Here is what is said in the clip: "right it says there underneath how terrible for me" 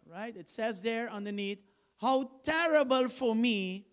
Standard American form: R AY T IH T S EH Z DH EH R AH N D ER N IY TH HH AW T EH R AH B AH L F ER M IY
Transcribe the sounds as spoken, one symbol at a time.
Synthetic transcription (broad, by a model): R AY T IH T S EH Z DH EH R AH N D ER N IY T HH AW T EH R AH B AH L F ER M IY